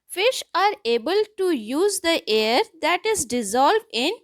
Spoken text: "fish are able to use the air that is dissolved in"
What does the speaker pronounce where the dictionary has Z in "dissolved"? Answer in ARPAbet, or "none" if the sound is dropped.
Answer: Z